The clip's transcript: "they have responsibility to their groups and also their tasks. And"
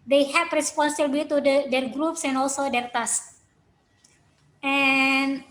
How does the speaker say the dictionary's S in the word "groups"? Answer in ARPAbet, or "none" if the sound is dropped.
S